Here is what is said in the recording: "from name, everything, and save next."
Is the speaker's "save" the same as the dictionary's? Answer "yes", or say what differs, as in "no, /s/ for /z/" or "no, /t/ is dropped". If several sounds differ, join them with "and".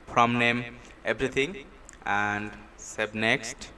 no, /b/ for /v/